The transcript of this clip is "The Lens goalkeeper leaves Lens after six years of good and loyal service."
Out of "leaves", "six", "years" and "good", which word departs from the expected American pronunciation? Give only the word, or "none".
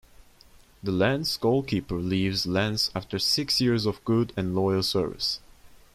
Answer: none